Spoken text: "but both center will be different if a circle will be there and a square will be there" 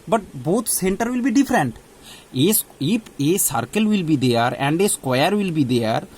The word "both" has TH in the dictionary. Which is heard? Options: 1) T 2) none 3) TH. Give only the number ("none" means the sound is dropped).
1